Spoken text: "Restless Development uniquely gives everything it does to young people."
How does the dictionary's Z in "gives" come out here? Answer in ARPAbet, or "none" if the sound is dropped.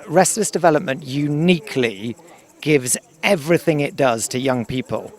Z